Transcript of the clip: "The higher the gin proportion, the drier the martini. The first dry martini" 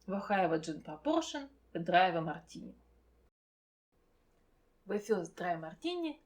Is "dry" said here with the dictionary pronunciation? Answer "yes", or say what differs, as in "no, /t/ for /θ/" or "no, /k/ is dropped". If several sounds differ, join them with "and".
yes